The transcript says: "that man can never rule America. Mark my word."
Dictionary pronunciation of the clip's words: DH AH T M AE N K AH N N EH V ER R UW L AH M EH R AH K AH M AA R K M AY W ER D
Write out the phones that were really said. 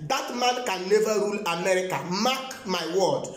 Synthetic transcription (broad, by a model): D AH T M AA N K AH N L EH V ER R UW L AH M EH R AH K AH M AA K M AY W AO D